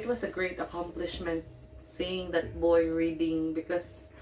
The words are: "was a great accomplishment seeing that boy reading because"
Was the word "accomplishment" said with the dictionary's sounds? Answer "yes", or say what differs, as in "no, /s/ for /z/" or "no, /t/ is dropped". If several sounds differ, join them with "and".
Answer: yes